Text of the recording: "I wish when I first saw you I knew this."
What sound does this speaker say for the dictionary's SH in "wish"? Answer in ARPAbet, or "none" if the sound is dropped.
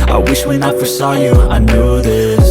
SH